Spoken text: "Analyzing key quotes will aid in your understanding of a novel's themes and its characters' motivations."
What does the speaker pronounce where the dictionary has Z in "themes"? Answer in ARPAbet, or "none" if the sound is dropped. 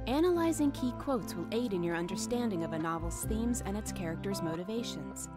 Z